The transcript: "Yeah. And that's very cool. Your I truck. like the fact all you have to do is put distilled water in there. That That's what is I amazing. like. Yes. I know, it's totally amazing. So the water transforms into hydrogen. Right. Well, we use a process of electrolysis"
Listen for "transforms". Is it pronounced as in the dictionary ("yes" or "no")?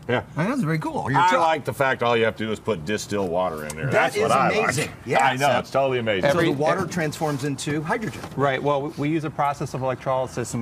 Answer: yes